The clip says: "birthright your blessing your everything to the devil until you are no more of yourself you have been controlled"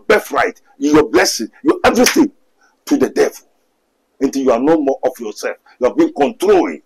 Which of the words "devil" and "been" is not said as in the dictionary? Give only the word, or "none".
none